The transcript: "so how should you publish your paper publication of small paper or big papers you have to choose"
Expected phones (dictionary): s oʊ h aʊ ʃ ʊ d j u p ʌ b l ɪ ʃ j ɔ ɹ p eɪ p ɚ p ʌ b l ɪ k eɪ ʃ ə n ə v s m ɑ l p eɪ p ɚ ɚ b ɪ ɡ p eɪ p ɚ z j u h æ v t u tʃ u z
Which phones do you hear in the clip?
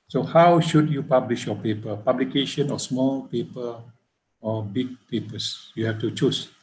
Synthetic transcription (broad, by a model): s oʊ h aʊ ʃ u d j u p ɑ b l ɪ ʃ j ɔ p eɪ p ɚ p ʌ b l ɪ k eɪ ʃ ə n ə s m ɑ l p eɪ p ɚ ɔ b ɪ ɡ p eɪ p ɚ s j u h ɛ f t u tʃ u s